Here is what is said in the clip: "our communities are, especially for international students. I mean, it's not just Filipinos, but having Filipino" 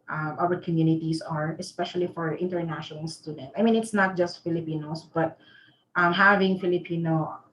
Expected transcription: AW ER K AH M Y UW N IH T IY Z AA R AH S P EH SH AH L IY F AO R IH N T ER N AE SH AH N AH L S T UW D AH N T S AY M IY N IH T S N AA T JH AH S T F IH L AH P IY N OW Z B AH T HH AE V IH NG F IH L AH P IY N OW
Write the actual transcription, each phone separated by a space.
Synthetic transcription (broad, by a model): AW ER K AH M Y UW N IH T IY S AA R AH S P EH SH AH L IY F AO R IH N T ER N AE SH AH N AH L S T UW D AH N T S AY M IY N IH T S N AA T JH AH S T F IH L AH P IY N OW S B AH T HH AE V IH NG F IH L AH P IY N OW